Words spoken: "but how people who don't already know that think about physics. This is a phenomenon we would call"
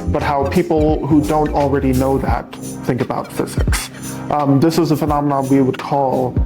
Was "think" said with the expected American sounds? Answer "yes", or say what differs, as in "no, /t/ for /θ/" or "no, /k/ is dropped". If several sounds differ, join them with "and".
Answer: yes